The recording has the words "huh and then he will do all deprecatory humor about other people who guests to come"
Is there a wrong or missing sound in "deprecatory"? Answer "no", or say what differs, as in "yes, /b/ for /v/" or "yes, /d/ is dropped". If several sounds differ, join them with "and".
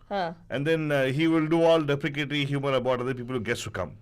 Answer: yes, /l/ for /ɹ/